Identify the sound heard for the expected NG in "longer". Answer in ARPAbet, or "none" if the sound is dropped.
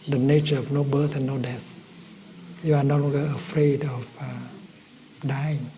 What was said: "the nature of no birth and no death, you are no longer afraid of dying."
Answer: none